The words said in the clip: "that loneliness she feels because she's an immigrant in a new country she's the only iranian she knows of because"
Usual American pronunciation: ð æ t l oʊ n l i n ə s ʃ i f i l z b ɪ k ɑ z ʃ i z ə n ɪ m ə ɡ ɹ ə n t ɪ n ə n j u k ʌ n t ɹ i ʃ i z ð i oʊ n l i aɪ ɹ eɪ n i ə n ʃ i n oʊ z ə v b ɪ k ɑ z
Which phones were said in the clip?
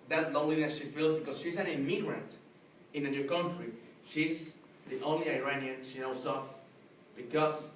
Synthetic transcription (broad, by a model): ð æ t l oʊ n l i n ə s ʃ i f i l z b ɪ k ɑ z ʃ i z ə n ɪ m ə ɡ ɹ ə n t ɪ n ə n j u k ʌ n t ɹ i ʃ i z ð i oʊ n l i aɪ ɹ eɪ n i ə n ʃ i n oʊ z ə f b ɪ k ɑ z